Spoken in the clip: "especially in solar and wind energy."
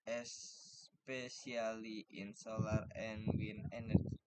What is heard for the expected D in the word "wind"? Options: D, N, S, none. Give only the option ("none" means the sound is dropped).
none